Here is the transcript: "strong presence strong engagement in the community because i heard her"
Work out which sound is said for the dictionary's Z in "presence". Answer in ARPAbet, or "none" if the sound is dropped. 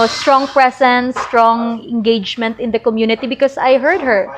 S